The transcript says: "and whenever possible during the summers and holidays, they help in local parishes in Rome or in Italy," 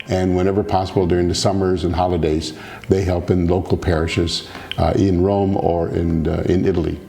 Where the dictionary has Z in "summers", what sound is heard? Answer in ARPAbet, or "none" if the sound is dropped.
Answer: Z